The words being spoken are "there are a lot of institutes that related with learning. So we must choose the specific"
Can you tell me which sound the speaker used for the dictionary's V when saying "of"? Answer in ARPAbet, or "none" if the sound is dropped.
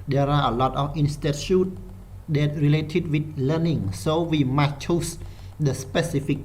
F